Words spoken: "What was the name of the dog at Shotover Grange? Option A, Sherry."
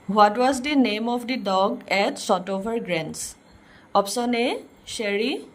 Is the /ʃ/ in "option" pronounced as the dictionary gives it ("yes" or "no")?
no